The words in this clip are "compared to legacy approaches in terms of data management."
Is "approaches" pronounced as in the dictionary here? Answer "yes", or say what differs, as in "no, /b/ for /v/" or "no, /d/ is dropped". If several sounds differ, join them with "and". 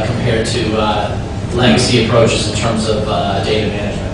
yes